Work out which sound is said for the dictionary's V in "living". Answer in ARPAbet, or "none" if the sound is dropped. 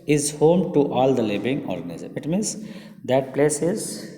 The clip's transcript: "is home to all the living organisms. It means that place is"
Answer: B